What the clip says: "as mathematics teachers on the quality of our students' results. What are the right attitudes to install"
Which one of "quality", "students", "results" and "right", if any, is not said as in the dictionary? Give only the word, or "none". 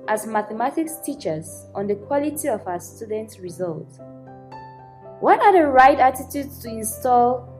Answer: results